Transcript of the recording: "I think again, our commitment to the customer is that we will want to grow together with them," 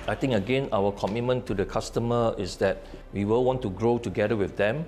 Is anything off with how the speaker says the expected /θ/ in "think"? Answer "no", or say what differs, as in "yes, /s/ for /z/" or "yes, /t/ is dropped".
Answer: yes, /t/ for /θ/